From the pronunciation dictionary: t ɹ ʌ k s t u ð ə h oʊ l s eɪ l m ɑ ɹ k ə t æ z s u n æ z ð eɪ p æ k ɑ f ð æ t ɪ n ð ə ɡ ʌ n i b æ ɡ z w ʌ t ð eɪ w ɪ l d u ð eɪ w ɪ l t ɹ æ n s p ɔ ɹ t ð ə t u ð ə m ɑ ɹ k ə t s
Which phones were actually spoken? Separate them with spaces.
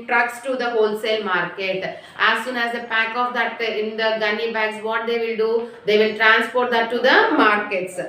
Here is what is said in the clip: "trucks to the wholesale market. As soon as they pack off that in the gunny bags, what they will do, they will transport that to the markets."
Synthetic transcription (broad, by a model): t ɹ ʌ k s t u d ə h oʊ l s eɪ l m ɑ ɹ k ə t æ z s u n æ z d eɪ p æ k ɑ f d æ t ɪ n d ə ɡ ʌ n i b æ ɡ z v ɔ t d eɪ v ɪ l d u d eɪ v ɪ l t ɹ æ n s p ɔ ɹ t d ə t u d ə m ɑ ɹ k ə t s